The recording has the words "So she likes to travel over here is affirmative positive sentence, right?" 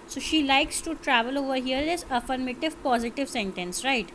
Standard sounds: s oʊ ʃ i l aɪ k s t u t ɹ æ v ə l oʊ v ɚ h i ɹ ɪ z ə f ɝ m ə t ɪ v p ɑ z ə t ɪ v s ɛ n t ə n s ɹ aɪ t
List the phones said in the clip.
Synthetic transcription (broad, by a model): s oʊ ʃ i l aɪ k s t u t ɹ æ v ə l oʊ v ɚ h i ɹ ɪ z ə f ɝ m ə t ɪ v p ɑ z ə t ɪ v s ɛ n t ə n s ɹ aɪ t